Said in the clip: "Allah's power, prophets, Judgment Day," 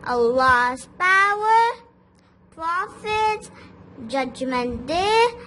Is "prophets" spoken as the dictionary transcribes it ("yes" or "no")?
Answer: no